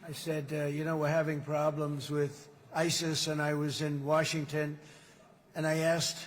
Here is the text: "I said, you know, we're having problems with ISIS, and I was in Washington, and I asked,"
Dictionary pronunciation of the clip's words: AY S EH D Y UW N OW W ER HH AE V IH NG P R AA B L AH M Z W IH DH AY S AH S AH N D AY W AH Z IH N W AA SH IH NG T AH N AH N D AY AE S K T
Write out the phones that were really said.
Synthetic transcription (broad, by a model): AY S EH D Y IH N OW W ER HH AE V IH NG P R AA B L AH M Z W IH DH AY S AH S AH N AY W AH Z IH N W AA SH IH NG T AH N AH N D AY AE S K T